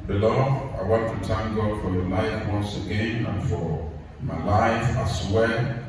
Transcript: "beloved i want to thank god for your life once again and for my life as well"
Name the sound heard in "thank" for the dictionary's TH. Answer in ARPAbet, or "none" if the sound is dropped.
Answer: T